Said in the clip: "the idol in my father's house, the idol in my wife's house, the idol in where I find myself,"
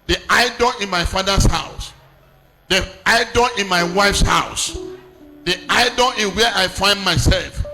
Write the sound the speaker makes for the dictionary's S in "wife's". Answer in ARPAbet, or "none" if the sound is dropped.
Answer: S